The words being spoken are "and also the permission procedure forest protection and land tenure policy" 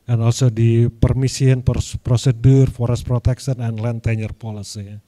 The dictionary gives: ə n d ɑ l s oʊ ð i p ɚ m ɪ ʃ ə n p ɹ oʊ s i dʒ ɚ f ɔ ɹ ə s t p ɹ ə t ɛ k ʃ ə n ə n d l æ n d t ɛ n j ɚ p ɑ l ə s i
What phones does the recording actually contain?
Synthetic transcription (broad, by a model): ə n ɑ l s oʊ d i p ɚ m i s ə n p ɹ oʊ s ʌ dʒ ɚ f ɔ ɹ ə s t p ɹ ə t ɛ k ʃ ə n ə n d l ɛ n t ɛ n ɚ p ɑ l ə s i